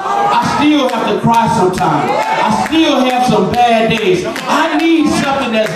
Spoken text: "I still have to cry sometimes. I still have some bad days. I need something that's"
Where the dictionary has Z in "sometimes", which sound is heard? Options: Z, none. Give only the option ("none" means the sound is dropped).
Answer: none